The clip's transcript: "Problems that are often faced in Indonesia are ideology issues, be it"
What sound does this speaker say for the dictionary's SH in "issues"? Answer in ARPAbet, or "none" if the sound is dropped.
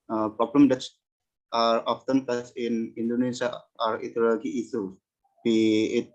S